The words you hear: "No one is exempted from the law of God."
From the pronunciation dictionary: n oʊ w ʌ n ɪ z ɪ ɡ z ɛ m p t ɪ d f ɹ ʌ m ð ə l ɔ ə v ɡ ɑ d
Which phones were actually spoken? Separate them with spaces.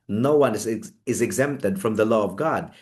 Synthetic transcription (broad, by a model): n oʊ w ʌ n ɪ z ɪ ɡ z ɛ m p t ɪ d f ɹ ʌ m ð ə l ɔ ə v ɡ ɑ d